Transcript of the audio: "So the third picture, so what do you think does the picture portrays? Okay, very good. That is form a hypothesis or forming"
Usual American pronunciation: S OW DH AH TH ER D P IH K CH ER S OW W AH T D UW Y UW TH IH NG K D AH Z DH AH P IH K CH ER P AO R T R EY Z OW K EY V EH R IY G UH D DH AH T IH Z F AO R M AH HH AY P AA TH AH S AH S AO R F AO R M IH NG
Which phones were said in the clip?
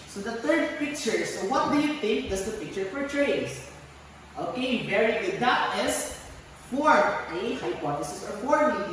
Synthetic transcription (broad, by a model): S OW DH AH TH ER D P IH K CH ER S OW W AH T D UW Y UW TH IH NG K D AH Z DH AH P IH K CH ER F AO R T R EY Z OW K EY V EH R IY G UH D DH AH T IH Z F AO R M AH HH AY P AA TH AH S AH S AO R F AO R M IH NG